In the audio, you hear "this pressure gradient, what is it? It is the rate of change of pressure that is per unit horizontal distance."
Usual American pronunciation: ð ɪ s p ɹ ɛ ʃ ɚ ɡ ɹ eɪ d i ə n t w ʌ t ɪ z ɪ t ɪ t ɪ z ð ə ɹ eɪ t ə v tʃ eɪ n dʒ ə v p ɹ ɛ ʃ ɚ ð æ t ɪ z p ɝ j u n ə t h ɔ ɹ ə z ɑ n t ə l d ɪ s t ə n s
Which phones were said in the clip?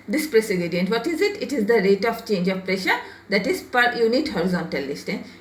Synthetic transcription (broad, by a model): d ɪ s p ɹ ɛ s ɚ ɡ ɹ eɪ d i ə n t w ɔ t ɪ z ɪ t ɪ t ɪ z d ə ɹ eɪ t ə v tʃ eɪ n dʒ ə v p ɹ ɛ ʃ ɚ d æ t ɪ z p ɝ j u n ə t h ɔ ɹ ə z ɑ n t ə l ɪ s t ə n